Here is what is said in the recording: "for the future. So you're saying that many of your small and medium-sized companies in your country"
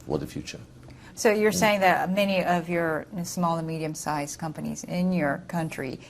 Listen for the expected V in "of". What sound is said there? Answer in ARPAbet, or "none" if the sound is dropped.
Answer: V